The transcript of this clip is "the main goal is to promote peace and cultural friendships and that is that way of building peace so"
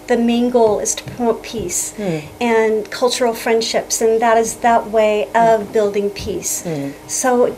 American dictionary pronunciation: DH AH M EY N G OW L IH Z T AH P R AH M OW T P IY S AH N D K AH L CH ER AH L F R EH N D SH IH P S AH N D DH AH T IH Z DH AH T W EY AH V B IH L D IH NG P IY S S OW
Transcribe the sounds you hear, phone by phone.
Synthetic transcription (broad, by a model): DH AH M EY N G OW L IH Z T AH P AH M P IY S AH N K AH L CH ER L F R EH N D SH IH P S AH N DH AH T IH Z DH AH T W EY AH V B IH L D IH NG P IY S S OW